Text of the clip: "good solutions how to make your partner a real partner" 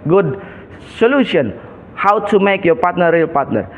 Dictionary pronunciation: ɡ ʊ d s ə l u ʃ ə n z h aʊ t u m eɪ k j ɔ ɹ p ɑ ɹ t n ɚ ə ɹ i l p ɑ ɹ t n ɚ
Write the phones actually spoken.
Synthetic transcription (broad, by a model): ɡ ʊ d s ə l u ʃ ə n h aʊ t u m eɪ k j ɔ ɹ p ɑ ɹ t n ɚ ə ɹ i l p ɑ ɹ t n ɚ